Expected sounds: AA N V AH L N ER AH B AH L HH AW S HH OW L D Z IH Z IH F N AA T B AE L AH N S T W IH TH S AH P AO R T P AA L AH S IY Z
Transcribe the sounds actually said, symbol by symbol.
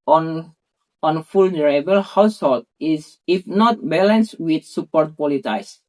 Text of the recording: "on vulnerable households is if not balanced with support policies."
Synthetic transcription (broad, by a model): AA N F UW L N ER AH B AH L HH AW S HH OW L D IH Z IH F N AA T B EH L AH N S W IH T S AH P AO R T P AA L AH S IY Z